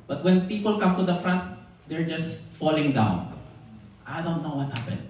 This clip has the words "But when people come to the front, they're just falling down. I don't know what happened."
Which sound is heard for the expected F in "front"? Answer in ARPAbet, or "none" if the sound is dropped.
F